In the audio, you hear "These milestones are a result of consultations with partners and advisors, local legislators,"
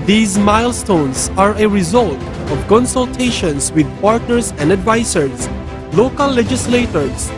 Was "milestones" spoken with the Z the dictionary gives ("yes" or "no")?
no